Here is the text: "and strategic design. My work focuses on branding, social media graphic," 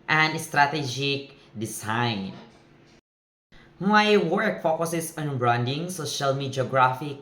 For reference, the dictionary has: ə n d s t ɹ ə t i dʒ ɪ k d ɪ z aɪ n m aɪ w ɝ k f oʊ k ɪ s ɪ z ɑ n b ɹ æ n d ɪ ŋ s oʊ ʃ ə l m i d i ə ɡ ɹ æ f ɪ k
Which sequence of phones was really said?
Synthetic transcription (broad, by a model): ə n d s t ɹ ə t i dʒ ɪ k d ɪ s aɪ n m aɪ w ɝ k f oʊ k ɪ s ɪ s ɑ n b ɹ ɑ n d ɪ ŋ s oʊ ʃ ə l m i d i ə ɡ ɹ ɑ f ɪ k